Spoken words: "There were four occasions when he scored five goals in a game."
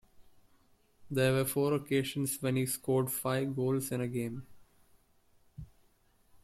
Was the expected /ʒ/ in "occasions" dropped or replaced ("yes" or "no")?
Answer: yes